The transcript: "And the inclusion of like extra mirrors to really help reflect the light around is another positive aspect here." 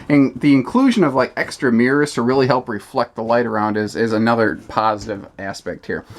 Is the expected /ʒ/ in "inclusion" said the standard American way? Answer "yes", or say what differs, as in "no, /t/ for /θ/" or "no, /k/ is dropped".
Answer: yes